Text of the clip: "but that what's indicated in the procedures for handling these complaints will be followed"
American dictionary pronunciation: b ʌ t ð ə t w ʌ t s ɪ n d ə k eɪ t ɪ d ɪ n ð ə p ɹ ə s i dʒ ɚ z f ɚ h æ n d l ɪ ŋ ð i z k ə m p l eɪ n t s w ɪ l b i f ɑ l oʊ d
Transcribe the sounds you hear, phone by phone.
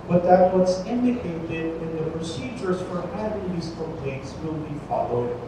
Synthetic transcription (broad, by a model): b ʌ t ð ə t w ʌ t s ɪ n d ə k eɪ t ɪ d ɪ n ð ə p ɹ ə s i dʒ ɚ z f ɚ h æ d ɪ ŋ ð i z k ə p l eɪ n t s w ɪ l b i f ɑ l oʊ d